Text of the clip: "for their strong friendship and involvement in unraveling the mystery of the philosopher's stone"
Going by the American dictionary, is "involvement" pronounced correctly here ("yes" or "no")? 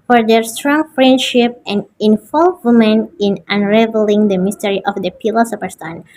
no